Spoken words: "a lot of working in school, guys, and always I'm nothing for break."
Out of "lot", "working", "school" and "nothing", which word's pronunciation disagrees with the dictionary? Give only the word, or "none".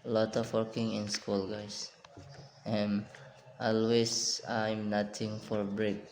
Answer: nothing